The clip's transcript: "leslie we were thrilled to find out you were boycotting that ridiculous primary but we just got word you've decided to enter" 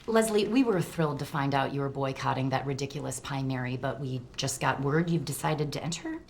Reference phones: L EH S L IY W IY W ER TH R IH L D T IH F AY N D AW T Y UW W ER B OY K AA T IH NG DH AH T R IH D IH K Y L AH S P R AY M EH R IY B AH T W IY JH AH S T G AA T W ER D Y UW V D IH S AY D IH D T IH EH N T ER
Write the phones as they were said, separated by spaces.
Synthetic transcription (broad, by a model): L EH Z L IY W IY W ER TH R IH L D T IH F AY N D AW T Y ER B OY K AA T IH NG DH AH T R IH D IH K Y L AH S P AY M EH R IY B AH T W IY JH AH S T G AA T W ER D Y UW V D IH S AY D IH D T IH EH N T ER